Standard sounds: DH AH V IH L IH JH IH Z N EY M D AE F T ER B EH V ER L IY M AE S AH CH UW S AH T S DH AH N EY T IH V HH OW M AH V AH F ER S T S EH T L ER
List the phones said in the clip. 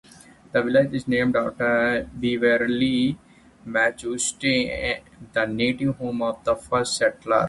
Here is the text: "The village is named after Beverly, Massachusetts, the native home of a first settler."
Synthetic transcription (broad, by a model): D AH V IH L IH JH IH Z N EY M D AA T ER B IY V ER L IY M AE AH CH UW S T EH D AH N EY T IH V HH OW M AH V AH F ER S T S EH T L ER